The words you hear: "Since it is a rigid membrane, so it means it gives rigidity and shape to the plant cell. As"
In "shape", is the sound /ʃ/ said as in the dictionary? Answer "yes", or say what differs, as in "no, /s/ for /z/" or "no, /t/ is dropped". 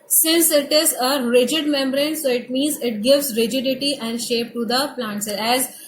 yes